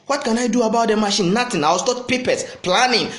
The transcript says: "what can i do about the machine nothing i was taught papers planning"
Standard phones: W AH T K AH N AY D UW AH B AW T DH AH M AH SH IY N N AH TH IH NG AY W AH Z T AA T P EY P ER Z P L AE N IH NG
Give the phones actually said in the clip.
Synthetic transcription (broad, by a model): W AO T K AH N AY D UW AH B AW T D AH M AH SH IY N N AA T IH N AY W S T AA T P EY P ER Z P L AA N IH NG